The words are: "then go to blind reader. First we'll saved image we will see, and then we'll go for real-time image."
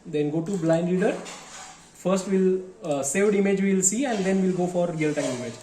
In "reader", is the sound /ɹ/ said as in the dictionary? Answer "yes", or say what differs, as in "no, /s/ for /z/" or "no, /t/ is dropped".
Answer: no, /l/ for /ɹ/